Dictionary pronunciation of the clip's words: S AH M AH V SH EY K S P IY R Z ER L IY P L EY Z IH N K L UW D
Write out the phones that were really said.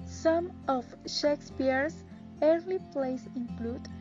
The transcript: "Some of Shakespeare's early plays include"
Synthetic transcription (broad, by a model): S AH M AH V SH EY K S P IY R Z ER L IY P L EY S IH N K L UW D